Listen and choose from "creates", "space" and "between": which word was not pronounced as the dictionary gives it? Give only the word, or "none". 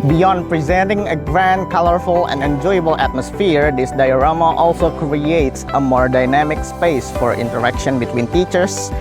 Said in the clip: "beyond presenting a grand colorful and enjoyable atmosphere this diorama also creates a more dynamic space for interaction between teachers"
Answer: none